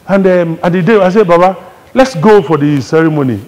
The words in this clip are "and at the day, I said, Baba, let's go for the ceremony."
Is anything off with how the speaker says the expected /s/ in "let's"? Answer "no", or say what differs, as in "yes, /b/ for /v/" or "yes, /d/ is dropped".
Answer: no